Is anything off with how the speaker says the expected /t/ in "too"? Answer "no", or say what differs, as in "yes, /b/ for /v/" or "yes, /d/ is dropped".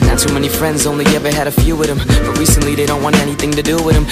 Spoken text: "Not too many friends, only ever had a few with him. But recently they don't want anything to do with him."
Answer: yes, /s/ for /t/